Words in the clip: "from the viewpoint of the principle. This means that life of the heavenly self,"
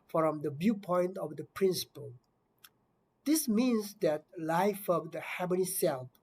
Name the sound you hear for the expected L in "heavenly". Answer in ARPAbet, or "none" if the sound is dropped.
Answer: none